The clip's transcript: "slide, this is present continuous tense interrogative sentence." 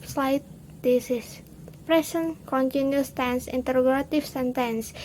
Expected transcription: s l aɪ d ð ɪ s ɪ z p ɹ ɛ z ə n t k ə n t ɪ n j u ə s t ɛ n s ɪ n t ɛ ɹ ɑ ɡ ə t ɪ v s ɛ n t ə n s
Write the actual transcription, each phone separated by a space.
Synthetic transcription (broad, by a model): s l aɪ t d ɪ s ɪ s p ɹ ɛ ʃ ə n k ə n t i n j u s t ɛ n s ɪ n t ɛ ɹ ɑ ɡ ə t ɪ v s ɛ n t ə n s